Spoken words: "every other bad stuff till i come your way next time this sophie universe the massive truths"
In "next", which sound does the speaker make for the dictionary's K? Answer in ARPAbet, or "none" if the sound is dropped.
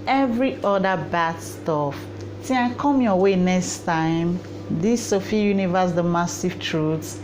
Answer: K